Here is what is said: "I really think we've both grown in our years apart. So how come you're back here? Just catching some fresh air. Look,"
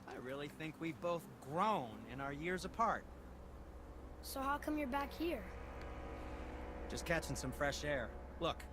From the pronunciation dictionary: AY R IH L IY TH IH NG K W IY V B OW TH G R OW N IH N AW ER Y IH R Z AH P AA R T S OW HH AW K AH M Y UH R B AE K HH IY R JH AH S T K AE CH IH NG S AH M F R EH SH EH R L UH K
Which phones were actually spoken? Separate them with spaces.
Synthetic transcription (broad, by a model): AY R IH L IY TH IH NG K W IY V B OW TH G R OW N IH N AW ER Y IH R Z AH P AA R T S OW HH AW K AH M Y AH R B AE K HH IY R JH AH S K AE CH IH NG S AH M F R EH SH EH R L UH K